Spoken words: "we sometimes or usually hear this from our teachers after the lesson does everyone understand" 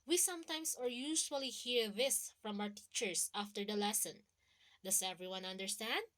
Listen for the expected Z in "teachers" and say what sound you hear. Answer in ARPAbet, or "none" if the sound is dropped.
S